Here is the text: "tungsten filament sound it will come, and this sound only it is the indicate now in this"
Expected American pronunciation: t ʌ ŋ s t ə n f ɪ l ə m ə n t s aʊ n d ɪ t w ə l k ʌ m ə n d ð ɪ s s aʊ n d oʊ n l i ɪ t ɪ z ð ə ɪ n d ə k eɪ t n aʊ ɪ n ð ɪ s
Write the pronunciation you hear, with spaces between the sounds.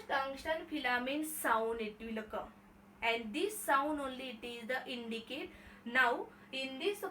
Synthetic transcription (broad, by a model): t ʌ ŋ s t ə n f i l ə m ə n s aʊ n d ɪ t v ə l k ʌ ə n d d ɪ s s aʊ n d oʊ n l i t ɪ z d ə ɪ n d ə k eɪ t n aʊ ɪ n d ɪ s